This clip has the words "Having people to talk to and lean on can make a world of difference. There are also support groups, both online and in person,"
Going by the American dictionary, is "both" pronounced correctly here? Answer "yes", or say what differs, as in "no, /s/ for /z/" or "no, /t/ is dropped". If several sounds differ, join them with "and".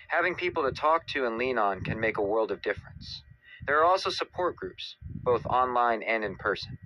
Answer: yes